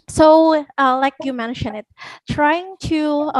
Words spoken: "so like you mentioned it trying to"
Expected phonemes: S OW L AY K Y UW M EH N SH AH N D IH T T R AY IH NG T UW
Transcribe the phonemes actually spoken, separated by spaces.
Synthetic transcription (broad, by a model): S OW L AY K Y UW M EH N SH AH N IH T T R AY IH NG T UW